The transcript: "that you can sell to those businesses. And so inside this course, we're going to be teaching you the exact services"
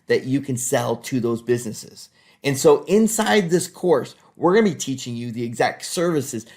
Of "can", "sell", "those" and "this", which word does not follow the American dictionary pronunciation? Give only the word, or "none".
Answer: none